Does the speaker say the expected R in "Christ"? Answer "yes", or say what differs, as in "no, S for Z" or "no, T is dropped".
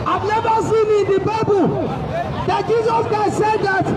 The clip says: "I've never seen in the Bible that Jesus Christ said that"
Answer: no, R is dropped